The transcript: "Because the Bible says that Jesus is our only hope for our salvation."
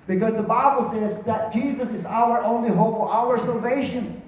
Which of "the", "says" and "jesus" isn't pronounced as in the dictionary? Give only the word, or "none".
none